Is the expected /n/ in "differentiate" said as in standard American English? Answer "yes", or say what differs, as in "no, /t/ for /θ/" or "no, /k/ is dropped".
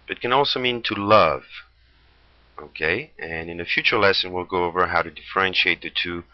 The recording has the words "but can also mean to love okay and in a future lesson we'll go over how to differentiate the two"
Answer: yes